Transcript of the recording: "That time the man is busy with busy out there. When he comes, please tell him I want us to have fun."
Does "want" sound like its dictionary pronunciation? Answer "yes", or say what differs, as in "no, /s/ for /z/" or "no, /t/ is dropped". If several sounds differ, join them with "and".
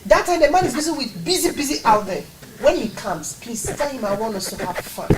no, /t/ is dropped